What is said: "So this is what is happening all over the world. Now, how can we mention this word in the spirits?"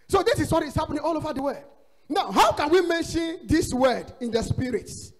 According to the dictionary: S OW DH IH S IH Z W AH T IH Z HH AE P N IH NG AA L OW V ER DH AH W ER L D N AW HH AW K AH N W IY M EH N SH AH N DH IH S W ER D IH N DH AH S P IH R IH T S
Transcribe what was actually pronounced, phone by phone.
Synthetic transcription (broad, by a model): S OW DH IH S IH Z W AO T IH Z HH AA P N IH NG AA L OW V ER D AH W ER D N AW HH AW K AH N W IY M EH N SH AH N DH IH S W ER D IH N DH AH S P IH R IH T S